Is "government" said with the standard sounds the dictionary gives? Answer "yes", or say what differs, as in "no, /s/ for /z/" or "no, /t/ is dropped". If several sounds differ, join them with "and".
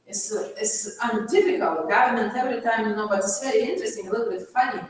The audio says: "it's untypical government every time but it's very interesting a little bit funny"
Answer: yes